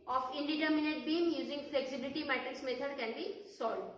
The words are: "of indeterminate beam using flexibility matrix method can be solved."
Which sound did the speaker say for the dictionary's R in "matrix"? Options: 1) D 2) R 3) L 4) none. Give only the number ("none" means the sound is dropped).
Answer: 4